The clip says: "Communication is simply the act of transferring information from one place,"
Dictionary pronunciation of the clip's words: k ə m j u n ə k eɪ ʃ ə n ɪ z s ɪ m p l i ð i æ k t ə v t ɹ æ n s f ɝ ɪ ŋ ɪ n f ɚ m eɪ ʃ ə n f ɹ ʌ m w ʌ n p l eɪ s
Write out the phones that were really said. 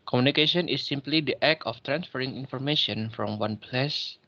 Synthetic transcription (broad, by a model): k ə m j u n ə k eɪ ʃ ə n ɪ s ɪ m p l i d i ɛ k ə f t ɹ æ n s f ɝ ɪ ŋ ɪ n f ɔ m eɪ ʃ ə n f ɹ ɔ m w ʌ n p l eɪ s